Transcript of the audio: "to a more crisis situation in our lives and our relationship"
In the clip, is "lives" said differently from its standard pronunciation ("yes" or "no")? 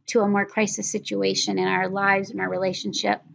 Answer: no